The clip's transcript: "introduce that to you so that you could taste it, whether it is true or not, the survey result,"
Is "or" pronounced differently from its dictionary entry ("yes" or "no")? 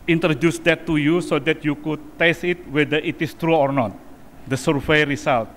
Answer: no